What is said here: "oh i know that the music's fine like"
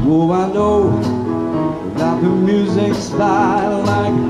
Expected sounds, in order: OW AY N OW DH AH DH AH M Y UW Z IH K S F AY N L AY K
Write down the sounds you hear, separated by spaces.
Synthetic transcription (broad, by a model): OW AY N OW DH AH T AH M Y UW Z IH K S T AY L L AY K